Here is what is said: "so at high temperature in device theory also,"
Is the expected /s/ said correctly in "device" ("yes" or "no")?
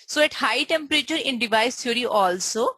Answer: yes